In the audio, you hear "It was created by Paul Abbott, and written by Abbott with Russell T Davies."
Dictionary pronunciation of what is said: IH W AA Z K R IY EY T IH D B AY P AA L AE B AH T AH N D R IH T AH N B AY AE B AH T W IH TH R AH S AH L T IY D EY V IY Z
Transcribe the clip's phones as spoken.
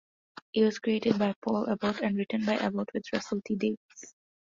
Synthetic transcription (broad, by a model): IH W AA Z K R IY EY T IH D B AY P AA L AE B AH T AH N D R IH T AH N B AY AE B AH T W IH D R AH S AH L T IY D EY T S